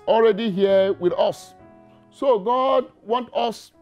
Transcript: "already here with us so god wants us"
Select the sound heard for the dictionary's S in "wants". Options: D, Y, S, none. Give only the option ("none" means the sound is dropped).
none